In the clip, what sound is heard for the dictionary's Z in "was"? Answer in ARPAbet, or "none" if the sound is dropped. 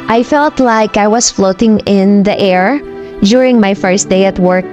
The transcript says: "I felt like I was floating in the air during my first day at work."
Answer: S